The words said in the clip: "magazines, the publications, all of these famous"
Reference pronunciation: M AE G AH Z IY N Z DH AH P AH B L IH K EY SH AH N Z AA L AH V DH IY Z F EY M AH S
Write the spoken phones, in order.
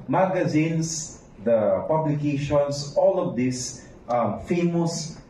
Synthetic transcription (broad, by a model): M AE G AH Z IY N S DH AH P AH B L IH K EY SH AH N S AA L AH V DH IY S F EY M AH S